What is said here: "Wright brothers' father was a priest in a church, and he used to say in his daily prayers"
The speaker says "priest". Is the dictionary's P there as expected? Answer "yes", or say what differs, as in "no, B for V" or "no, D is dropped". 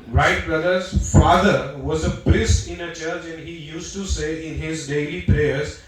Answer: no, B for P